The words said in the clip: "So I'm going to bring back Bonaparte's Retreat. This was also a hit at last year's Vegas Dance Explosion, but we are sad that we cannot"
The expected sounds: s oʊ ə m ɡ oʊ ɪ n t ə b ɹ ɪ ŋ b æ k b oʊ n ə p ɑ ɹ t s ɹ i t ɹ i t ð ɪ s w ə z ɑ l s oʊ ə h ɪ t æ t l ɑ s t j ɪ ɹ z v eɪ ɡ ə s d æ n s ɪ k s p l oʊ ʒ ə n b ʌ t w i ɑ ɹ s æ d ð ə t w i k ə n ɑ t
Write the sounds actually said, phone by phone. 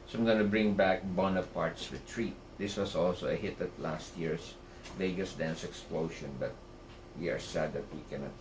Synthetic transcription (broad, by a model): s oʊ ə m ɡ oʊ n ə b ɹ ɪ ŋ b æ k b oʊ n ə p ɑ ɹ t s ɹ i t ɹ i t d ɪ s w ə s ɑ l s oʊ ə h ɪ t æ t l ɑ s t j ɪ ɹ s v eɪ ɡ ə s d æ n s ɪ k s p l oʊ ʃ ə n b ʌ t w i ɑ ɹ s æ d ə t w i k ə n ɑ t